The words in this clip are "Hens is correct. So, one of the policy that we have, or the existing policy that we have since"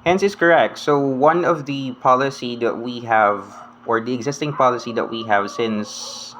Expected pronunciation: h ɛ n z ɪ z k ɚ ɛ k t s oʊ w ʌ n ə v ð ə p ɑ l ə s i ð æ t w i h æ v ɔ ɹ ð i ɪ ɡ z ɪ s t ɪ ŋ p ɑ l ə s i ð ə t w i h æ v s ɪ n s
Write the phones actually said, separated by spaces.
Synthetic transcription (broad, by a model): h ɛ n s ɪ s k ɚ ɛ k t s oʊ w ʌ n ə v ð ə p ɑ l ə s i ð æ t w i h æ v ɔ ɹ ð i ɪ ɡ z ɪ s t ɪ ŋ p ɑ l ə s i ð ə t w i h æ v s ɪ n s